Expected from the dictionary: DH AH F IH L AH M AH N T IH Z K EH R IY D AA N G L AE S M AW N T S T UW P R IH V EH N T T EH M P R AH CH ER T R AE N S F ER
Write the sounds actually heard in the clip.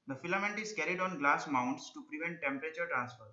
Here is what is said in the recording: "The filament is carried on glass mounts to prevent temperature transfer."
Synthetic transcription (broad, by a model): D AH F IH L AH M AH N T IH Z K EH R IY D AA N G L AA S M AW N T S T UW P R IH V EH N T T EH M P R AH CH ER T R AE N S F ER